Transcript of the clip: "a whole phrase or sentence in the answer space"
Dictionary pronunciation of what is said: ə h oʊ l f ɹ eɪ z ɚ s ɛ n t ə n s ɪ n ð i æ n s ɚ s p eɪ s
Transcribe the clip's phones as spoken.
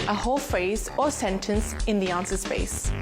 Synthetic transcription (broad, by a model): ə h oʊ l f ɹ eɪ z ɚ s ɛ n t ə n s ɪ n ð i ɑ n s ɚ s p eɪ s